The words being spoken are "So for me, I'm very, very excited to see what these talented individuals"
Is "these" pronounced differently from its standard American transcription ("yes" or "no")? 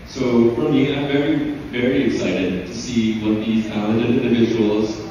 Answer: no